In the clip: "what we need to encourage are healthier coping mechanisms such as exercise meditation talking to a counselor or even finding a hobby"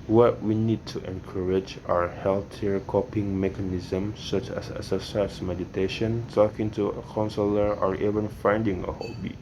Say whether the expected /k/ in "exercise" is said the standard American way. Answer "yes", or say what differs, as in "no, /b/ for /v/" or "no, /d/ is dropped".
no, /k/ is dropped